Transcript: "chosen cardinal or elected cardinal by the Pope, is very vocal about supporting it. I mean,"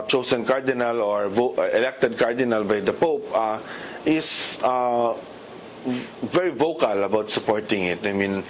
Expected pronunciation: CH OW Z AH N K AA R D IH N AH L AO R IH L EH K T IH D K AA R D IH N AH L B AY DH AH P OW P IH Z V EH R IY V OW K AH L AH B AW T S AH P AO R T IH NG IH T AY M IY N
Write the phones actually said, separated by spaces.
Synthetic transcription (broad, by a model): CH OW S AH N K AA R D IH N AH L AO R IH L EH K T IH D K AA R D IH N AH L B AY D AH P OW P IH S V EH R IY V OW K AH L AH B AW T S AH P AO R T IH NG IH T AY M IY N